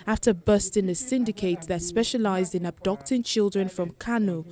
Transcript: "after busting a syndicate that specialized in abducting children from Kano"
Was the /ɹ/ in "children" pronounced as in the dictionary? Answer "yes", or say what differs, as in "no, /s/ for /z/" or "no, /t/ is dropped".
yes